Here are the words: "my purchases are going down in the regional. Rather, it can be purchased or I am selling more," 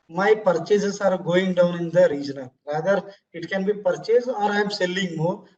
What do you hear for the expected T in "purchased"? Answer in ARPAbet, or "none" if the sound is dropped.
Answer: none